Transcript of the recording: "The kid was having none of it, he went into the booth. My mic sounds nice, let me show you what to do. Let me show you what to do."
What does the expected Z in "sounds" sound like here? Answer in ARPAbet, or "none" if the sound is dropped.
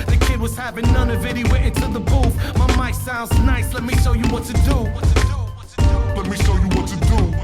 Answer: Z